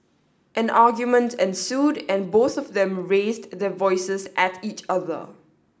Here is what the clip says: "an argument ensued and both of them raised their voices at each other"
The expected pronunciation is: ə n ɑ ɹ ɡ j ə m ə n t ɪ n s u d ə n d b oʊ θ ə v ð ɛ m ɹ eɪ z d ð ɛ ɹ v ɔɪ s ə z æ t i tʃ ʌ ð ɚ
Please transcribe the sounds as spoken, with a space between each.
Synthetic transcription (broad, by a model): ə n ɑ ɡ j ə m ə n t ɪ n s u d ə n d b oʊ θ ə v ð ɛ m ɹ eɪ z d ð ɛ v ɔɪ s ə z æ t i tʃ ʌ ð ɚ